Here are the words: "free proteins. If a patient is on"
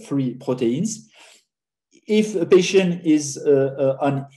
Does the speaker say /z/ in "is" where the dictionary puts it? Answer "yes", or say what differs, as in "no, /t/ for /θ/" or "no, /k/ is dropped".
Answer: yes